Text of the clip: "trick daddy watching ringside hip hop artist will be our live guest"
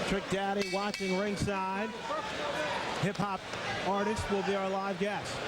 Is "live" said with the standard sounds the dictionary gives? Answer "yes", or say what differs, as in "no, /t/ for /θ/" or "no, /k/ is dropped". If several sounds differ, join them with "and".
yes